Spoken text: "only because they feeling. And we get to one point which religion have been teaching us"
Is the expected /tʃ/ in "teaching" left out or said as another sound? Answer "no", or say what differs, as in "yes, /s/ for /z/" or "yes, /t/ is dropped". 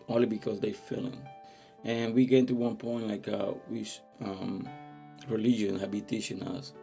yes, /ʃ/ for /tʃ/